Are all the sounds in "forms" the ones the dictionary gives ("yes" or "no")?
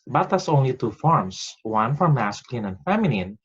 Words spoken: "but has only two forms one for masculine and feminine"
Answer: no